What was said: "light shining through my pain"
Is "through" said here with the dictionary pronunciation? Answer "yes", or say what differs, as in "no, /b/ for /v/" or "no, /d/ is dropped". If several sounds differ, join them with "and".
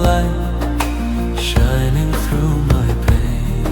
yes